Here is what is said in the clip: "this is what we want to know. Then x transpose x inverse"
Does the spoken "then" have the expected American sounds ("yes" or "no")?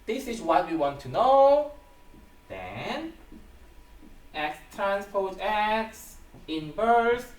yes